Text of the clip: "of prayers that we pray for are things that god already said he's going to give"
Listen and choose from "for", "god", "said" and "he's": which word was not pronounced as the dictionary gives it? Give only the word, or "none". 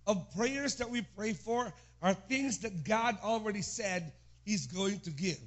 none